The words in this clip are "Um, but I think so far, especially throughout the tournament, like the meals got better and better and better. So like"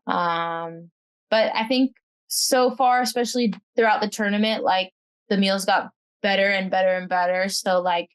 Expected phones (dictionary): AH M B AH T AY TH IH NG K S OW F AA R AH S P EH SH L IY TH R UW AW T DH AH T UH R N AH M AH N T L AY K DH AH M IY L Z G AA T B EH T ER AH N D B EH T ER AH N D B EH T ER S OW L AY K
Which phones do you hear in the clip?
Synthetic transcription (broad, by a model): AH M B AH T AY TH IH NG K S OW F AA R AH S P EH SH L IY TH R UW AW T DH AH T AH R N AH M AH N T L AY K DH AH M IY L Z G AA T B EH T ER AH N B EH T ER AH N B EH T ER S OW L AY K